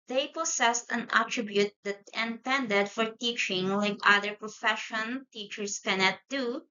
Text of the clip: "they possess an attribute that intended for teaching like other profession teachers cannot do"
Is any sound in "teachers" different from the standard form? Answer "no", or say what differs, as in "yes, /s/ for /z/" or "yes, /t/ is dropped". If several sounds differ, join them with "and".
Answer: yes, /s/ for /z/